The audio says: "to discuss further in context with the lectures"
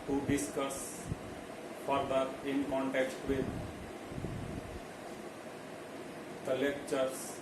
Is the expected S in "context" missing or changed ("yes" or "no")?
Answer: yes